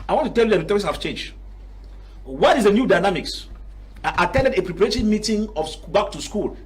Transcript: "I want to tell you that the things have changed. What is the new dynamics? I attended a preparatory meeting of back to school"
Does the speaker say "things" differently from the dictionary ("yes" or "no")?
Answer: yes